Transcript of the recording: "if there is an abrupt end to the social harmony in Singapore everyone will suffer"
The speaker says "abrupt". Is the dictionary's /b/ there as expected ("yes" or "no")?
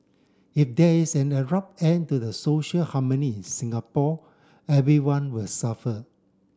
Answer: no